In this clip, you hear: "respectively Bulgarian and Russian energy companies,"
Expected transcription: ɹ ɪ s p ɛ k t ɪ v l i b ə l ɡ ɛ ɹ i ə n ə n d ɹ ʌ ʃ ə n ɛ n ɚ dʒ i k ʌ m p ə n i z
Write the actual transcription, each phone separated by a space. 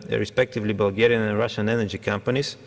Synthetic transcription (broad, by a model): ɹ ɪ s p ɛ k t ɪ v l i b ə l ɡ ɛ ɹ i ə n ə n ɹ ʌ ʃ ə n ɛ n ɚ dʒ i k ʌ m p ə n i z